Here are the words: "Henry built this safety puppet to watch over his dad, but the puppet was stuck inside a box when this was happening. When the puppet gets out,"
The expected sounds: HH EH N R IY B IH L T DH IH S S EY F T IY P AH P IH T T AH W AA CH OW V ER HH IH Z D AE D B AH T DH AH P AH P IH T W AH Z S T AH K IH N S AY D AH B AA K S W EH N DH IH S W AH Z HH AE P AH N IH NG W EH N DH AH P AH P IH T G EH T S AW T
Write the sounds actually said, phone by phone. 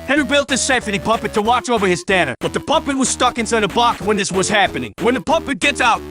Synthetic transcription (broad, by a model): HH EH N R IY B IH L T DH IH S S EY F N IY P AH P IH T T AH W AA CH OW V ER IH Z D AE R B AH T DH AH P AH P IH T W AH Z S T AH K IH N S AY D AH B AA K W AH N DH IH S W AH Z HH AE P AH N IH NG W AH N DH AH P AH P IH T G EH T S AW T